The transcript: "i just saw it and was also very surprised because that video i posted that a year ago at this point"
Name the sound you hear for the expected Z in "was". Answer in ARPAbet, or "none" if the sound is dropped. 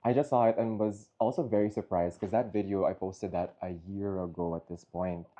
Z